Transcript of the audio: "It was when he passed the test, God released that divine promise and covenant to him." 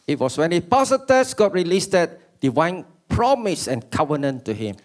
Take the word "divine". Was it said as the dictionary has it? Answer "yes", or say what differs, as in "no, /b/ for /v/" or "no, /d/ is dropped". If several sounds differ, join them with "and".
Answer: no, /w/ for /v/